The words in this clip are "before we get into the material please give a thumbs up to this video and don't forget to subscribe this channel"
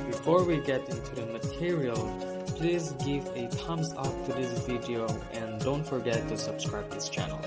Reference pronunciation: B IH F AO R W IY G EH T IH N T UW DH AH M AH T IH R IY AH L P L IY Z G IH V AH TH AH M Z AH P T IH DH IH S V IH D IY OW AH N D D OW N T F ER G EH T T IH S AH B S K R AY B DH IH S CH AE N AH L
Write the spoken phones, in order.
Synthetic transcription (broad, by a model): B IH F AO R W IY G EH T IH N T UW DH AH M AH T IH R IY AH L P L IY Z G IH V AH T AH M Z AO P T IH DH IH S V IH D IY OW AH N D D OW N T F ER G EH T T IH S AH B S K R AY B DH IH S CH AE N L